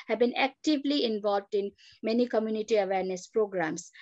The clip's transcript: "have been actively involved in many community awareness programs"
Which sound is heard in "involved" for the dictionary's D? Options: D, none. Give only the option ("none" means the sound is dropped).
D